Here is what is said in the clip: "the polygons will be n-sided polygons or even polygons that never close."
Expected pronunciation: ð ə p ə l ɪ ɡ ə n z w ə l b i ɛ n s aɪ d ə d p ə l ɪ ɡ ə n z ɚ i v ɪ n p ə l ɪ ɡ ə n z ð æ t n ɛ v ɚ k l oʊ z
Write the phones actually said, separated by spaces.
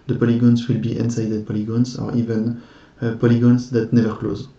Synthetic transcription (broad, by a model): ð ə p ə l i ɡ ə n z w ə l b i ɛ n s aɪ d ə d p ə l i ɡ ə n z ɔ i v ɪ n p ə l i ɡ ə n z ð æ t n ɛ v ɚ k l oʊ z